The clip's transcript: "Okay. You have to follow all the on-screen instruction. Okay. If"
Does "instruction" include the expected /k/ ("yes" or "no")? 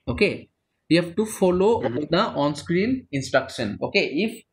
yes